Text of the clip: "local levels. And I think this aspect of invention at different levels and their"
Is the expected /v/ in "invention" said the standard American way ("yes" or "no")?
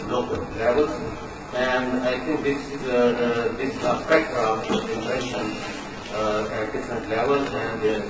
no